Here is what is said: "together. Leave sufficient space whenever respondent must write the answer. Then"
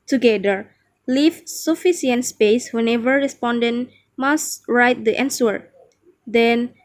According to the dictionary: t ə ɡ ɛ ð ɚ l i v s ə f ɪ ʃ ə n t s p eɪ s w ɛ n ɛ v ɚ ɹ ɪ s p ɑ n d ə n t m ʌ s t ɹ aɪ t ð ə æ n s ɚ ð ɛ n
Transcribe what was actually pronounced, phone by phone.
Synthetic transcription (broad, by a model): t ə ɡ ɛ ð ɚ l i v s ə f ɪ s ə n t s p eɪ s w ɛ n ɛ v ɚ ɹ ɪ s p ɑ n d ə n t m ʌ s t ɹ aɪ t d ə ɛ n s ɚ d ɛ n